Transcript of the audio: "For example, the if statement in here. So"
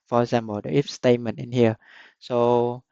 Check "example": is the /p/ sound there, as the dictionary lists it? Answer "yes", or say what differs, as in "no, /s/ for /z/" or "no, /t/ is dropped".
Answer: no, /b/ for /p/